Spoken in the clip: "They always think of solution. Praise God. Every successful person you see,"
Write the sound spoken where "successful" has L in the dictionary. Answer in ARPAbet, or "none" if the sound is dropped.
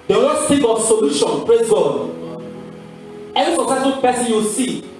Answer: N